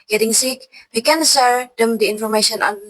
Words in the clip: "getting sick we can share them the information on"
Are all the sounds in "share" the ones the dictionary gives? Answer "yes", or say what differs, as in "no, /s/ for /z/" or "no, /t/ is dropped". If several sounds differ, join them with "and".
no, /s/ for /ʃ/